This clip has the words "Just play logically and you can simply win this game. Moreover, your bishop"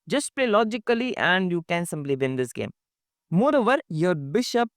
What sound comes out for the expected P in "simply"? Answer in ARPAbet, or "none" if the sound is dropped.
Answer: B